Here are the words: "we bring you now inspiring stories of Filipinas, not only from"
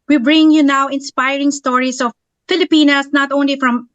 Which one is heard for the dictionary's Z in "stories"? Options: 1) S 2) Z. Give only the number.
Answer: 1